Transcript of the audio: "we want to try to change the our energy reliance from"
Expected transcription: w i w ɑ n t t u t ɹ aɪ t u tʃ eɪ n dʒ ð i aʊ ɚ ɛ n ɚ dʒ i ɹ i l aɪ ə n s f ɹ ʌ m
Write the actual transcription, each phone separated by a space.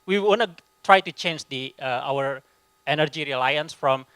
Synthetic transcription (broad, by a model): w i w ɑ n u t ɹ aɪ t u tʃ eɪ n dʒ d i aʊ ɚ ɛ n ɚ dʒ i ɹ i l aɪ ə n s f ɹ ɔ m